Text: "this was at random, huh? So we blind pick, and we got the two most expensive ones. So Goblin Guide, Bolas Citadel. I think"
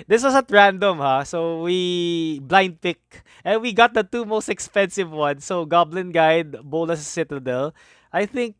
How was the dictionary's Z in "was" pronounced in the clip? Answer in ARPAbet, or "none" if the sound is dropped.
S